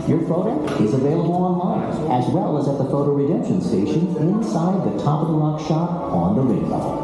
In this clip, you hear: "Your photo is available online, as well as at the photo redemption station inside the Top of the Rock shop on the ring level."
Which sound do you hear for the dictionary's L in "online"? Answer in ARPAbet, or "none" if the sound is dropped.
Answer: L